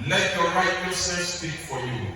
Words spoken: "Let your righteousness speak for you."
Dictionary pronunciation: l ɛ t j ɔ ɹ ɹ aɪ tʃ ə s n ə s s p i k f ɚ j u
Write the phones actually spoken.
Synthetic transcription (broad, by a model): l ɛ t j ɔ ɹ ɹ aɪ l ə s ə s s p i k f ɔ j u